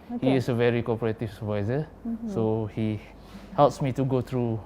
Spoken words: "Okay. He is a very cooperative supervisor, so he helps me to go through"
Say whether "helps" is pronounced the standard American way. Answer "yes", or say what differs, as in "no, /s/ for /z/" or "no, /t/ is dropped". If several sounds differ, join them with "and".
yes